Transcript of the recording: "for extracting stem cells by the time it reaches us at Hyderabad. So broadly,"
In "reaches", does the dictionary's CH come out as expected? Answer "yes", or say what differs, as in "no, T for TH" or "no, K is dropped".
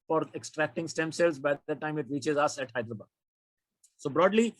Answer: yes